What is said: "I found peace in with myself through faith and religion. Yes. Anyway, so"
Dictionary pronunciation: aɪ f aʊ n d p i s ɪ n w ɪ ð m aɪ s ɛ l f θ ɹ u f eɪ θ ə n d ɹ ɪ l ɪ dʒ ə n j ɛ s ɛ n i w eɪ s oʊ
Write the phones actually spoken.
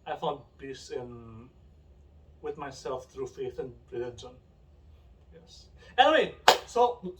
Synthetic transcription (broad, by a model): aɪ f aʊ n d b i s ɪ n w ɪ ð m aɪ s ɛ l f θ ɹ u f eɪ θ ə n ɹ ɪ l ɪ dʒ ə n j ɛ s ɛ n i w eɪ s oʊ